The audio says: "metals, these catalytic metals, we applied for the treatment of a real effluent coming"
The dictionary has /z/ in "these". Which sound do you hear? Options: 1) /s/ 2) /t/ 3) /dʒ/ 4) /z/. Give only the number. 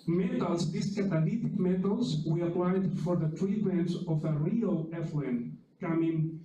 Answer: 1